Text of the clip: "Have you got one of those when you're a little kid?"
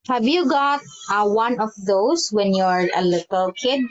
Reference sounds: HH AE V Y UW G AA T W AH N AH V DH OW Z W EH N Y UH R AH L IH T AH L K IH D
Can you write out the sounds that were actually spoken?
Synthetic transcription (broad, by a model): HH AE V Y UW G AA T W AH N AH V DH OW S W EH N Y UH R AH L IH T AH L K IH D